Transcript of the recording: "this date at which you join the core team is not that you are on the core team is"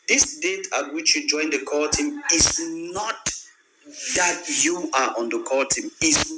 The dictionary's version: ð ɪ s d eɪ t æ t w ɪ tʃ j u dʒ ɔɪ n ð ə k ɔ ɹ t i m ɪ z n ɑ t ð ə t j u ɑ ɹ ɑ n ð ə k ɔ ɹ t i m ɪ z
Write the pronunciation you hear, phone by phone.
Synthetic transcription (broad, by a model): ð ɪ s d eɪ t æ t w ɪ tʃ j u dʒ ɔɪ n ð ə k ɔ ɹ t i m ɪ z n ɑ t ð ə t j u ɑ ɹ ɑ n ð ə k ɔ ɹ t i m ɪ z